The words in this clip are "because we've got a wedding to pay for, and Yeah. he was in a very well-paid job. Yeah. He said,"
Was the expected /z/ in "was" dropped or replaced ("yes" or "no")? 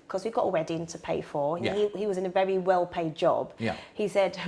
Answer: no